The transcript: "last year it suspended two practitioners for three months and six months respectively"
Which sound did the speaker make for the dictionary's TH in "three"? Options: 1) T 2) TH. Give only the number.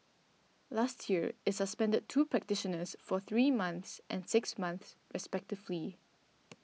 2